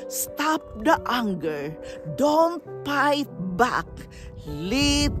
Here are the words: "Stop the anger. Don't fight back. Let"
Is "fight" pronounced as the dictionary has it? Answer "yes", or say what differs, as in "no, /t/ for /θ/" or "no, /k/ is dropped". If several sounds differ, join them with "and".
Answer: no, /p/ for /f/